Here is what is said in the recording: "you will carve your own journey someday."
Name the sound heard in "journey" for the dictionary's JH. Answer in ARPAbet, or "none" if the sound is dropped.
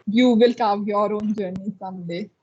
JH